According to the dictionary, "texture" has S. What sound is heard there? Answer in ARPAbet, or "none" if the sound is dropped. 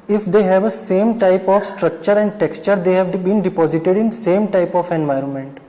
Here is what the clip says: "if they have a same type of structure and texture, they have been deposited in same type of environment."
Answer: S